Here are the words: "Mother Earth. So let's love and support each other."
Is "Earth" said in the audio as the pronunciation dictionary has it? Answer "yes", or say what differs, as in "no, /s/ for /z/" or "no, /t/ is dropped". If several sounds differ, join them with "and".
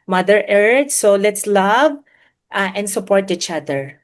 no, /t/ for /θ/